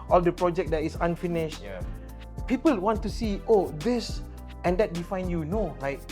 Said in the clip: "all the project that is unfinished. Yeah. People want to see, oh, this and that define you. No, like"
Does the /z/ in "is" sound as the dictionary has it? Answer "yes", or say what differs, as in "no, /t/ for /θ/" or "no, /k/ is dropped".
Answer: no, /s/ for /z/